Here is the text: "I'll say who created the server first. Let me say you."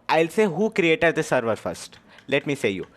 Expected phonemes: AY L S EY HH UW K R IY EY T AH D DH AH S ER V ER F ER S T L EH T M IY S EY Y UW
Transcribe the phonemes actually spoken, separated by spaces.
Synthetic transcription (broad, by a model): AY L S EY HH UW K R IY EY T AH D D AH S ER V ER F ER S T L EH T M IY S EY Y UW